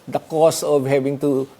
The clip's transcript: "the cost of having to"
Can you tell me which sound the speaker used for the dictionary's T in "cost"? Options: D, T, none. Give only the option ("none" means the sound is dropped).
none